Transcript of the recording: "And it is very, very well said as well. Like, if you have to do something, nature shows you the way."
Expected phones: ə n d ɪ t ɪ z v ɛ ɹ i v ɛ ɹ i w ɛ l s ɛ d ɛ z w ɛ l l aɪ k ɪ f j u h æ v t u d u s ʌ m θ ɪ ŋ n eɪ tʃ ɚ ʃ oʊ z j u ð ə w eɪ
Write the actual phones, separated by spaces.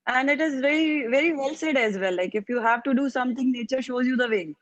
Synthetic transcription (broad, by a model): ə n d ɪ t ɪ z v ɛ ɹ i v ɛ ɹ i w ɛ l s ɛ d ɛ z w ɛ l l aɪ k ɪ f j u h æ v t u d u s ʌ m t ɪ ŋ n eɪ tʃ ɚ ʃ oʊ z j u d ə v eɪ